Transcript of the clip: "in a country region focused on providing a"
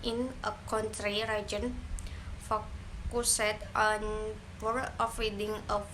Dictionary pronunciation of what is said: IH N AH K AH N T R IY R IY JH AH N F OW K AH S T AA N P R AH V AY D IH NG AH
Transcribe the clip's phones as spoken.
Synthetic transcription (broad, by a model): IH N AH K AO N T R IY R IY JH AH N F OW K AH S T AA N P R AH F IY D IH NG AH